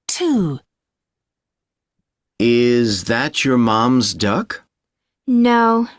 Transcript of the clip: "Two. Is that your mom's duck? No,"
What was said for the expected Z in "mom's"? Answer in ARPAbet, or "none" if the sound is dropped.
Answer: Z